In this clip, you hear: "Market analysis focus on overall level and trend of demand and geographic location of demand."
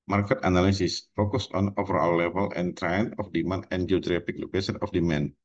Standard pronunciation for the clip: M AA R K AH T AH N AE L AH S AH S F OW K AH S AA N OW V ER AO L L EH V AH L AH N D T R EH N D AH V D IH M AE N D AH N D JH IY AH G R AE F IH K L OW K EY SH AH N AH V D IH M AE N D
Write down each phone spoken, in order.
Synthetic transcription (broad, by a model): M AA R K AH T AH N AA L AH S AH S F OW K AH S AA N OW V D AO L L EH V AH L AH N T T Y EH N AH F D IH M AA N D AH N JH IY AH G R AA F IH K L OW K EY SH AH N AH F D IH M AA N